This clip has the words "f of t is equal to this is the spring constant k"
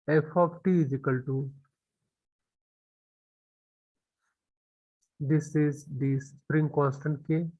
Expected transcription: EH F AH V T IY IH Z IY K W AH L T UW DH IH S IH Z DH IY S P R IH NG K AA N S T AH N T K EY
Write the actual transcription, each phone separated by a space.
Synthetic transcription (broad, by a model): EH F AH P T IY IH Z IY K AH L T UW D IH S IH Z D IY S P R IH NG K AA N S T AH N T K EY